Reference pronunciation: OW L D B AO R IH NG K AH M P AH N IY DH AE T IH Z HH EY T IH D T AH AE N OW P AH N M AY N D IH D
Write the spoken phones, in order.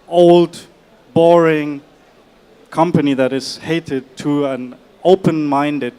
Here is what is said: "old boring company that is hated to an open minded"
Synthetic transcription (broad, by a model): OW L D B AO R IH NG K AH M P AH N IY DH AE T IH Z HH EY T IH D T AH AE N OW P AH N M AY N D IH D